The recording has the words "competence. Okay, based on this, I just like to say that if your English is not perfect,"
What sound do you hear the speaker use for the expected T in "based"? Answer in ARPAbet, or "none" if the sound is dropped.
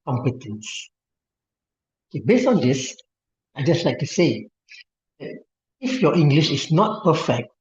T